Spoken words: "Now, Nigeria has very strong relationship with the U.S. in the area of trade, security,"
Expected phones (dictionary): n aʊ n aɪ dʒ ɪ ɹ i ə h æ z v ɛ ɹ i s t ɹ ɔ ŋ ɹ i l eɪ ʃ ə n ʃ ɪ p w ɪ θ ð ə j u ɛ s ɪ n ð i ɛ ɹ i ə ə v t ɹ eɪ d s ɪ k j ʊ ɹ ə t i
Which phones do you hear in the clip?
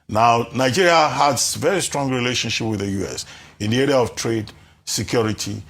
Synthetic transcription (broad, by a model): n aʊ n aɪ dʒ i ɹ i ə h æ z v ɛ ɹ i s t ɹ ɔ ŋ ɹ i l eɪ ʃ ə n ʃ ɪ p w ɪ ð ə j u ɛ s ɪ n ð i ɛ ɹ i ə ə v t ɹ eɪ d s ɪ k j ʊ ɹ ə t i